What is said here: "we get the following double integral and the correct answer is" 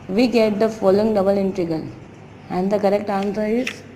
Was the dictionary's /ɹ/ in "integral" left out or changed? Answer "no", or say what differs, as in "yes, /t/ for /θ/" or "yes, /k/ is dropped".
yes, /ɹ/ is dropped